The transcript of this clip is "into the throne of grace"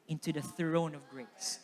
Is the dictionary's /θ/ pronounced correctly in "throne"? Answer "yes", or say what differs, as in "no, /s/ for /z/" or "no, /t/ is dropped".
yes